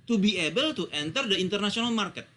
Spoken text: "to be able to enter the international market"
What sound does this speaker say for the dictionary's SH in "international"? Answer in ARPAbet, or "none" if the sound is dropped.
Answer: S